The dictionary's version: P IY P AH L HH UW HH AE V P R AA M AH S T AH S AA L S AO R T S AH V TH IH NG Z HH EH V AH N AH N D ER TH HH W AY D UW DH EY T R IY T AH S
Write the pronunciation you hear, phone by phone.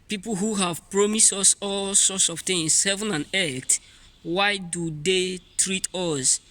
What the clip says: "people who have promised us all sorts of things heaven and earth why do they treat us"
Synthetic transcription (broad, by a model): P IY P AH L HH UW HH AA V P R AA M AH S T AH S AA L S AO T S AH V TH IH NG S HH EH V AH N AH N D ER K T W AY D UW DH EY T R IY T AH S